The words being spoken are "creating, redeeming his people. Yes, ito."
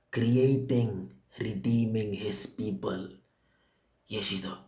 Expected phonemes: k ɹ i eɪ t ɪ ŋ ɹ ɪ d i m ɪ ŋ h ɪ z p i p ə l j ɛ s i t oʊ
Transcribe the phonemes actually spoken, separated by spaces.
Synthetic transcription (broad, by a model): k ɹ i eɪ t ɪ ŋ ɹ ɪ d i m ɪ ŋ h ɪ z p i p ə l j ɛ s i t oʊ